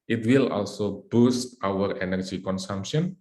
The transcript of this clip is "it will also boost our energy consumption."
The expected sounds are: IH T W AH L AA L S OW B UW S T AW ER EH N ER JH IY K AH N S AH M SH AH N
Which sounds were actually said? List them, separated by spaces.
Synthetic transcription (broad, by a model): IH T W AH L AA L S OW B UW S T AW ER EH N ER JH IY K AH N S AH M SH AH N